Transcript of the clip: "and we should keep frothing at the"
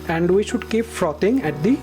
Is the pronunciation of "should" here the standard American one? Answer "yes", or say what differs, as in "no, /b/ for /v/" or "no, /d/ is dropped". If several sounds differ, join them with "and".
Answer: yes